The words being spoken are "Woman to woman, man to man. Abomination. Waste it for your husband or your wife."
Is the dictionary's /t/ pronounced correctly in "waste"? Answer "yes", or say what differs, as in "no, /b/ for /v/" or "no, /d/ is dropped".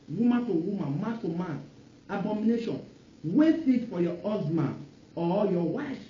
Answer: no, /t/ is dropped